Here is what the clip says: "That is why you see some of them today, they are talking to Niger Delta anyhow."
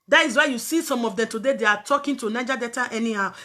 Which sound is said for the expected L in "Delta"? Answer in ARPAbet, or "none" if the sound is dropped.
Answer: none